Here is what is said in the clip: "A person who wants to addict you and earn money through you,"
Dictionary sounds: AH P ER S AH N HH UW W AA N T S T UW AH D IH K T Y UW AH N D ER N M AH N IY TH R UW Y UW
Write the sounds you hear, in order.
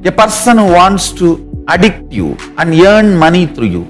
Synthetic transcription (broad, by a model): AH P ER S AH N HH UW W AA N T S T UW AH D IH K T Y UW AH N D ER N M AH N IY T R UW Y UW